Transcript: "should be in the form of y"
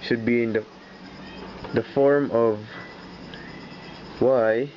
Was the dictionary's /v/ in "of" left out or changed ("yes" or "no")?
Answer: no